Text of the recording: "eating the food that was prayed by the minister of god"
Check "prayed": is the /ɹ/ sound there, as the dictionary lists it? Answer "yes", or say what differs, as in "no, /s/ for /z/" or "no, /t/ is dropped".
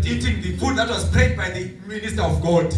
no, /ɹ/ is dropped